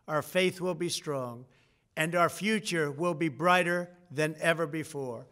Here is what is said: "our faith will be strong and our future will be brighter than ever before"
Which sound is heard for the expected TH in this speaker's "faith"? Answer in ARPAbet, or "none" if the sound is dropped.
TH